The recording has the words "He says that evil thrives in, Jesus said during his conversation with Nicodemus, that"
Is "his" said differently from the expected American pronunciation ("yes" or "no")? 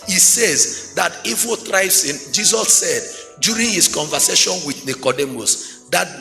yes